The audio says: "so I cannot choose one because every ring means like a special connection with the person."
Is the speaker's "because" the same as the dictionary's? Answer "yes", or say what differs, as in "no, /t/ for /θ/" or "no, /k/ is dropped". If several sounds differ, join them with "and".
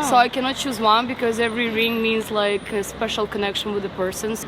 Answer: yes